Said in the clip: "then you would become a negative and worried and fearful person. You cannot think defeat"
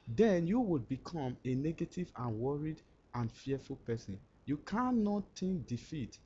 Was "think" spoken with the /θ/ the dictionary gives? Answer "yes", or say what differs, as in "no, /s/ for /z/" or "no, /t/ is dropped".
no, /t/ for /θ/